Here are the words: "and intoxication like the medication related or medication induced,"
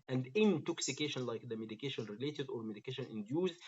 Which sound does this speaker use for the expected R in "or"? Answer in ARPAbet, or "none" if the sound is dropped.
R